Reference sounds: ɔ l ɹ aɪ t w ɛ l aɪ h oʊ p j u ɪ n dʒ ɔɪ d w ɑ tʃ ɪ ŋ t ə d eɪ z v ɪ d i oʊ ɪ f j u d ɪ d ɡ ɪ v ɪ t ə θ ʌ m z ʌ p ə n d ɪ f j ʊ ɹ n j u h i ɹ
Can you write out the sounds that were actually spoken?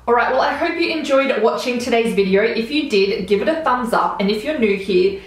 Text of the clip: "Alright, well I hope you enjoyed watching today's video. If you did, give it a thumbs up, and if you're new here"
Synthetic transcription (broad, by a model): ɔ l ɹ aɪ t w ɛ l aɪ h oʊ p j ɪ ɪ n dʒ ɔɪ d w ɑ tʃ ɪ ŋ t ə d eɪ z v ɪ d i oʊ ɪ f j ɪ d ɪ d ɡ ɪ v ɪ t ə θ ʌ m z ʌ p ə n ɪ f j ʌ ɹ n j u h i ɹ